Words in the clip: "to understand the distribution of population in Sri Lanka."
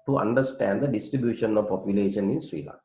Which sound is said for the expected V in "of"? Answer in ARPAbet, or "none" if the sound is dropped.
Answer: V